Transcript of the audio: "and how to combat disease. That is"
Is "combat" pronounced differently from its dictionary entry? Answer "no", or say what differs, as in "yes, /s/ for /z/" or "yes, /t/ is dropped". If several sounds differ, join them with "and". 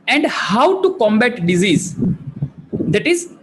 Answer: no